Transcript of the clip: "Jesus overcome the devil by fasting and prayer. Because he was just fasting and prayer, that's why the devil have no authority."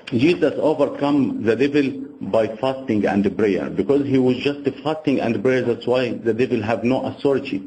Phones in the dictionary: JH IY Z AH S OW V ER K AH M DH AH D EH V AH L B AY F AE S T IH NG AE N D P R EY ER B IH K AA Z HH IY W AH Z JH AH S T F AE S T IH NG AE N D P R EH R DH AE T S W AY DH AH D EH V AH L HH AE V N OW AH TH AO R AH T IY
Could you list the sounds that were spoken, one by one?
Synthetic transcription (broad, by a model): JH IY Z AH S OW V ER K AH M DH AH D EH V AH L B AY F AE S T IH NG AE N D B R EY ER B IH K AA Z HH IY W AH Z JH AH S T F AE S T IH NG AE N D B R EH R DH AE T S W AY DH AH D EH V AH L HH AE V N OW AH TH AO R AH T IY